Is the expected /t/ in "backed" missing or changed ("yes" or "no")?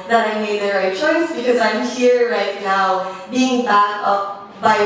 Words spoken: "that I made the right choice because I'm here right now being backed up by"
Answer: yes